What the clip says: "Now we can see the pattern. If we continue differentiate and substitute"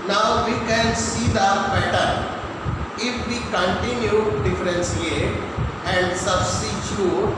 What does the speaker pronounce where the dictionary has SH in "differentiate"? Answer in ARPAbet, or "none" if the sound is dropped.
S